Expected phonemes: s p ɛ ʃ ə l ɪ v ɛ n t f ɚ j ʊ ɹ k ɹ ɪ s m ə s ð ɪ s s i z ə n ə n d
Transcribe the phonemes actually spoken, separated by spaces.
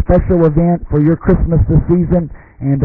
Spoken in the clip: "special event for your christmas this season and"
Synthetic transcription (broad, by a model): p ɛ ʃ l ɪ v ɛ n t f ɚ j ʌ ɹ k ɹ ɪ s m ə s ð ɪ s s i z ə n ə n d